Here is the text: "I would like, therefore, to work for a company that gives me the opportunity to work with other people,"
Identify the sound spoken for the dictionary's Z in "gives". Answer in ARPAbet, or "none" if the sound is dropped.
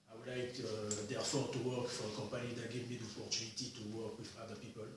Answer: none